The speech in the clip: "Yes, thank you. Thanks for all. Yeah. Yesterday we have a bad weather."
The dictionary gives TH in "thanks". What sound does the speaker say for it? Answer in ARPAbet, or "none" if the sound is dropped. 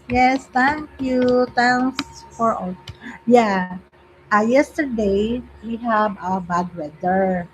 T